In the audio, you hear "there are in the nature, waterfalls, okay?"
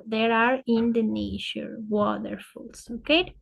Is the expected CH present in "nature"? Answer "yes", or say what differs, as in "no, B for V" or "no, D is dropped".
no, SH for CH